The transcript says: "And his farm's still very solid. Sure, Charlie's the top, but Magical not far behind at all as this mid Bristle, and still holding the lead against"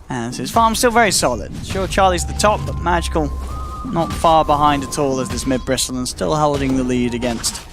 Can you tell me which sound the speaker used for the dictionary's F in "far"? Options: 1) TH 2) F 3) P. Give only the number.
2